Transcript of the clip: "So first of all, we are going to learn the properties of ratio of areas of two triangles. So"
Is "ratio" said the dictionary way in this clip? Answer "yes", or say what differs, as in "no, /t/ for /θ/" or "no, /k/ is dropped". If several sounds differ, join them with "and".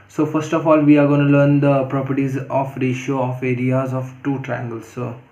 yes